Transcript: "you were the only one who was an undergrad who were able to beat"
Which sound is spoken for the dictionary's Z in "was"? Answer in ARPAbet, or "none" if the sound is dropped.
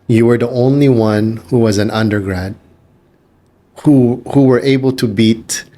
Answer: Z